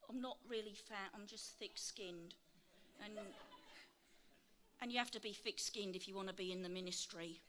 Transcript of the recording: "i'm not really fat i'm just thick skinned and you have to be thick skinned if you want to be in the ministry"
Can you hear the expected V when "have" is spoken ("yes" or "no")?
no